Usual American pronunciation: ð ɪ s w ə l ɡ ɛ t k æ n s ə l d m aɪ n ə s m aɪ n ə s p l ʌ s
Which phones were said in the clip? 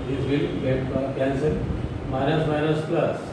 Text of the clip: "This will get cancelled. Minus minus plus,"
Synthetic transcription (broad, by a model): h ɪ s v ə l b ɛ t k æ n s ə d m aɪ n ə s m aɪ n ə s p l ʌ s